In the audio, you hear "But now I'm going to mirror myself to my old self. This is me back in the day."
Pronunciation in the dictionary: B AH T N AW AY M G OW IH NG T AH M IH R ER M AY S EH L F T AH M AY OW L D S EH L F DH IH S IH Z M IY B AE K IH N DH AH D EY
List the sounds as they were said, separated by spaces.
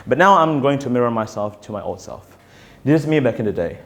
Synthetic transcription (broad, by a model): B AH T N AW AY M G OW IH NG T AH M IH R ER M AY S EH L F T AH M AY OW L D S EH L F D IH IH S M IY B AE K IH N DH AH D EY